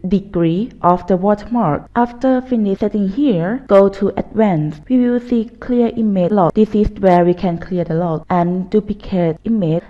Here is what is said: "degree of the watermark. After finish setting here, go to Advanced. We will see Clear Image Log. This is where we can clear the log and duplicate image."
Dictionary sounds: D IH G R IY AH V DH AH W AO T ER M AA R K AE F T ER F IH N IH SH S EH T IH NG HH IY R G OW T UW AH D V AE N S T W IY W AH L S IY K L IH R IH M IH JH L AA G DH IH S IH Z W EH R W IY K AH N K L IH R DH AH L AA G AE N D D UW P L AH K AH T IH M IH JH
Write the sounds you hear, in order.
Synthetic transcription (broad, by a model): D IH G R IY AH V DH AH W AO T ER M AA R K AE F T ER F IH N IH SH S EH T IH NG HH IY R G OW T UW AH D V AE N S W IY W AH L S IY K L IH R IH M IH L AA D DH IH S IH S W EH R W IY K AH N K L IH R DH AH L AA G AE N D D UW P AH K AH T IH M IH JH